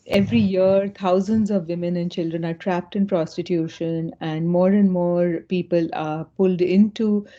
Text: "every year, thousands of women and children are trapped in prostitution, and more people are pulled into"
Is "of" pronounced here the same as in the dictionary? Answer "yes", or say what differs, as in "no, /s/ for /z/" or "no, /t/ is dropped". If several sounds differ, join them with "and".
yes